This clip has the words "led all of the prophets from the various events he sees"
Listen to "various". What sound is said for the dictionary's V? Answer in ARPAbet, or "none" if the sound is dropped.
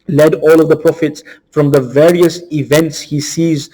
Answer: V